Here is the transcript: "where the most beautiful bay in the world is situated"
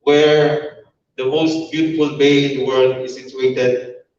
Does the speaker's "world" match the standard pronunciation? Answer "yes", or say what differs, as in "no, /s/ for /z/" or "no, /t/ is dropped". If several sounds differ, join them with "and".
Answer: yes